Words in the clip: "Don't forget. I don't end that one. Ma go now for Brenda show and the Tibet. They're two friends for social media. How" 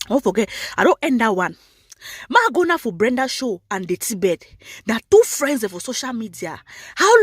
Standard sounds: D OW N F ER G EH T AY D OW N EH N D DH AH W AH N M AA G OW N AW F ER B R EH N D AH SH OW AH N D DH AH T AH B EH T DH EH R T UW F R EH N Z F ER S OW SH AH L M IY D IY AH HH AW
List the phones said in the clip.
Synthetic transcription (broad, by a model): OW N F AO G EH T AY D OW N EH N D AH W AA N M AA G OW N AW F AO B R EH N D AH SH OW AH N D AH T AH B EH T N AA T UW F R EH N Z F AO S OW SH AH L M IY D IY AH HH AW